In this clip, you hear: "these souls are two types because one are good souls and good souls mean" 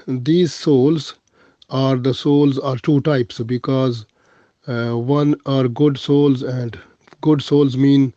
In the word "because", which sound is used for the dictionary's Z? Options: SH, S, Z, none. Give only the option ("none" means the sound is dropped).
Z